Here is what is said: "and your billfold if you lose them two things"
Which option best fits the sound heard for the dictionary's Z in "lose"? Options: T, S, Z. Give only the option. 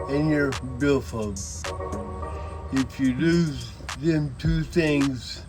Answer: Z